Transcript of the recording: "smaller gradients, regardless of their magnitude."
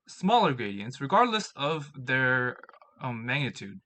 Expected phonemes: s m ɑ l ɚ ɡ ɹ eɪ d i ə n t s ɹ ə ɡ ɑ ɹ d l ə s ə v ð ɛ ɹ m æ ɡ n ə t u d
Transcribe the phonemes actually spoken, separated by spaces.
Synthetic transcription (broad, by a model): s m ɑ l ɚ ɡ ɹ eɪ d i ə n t s ɹ ə ɡ ɑ ɹ d l ə s ə v ð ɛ ɹ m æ ɡ n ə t u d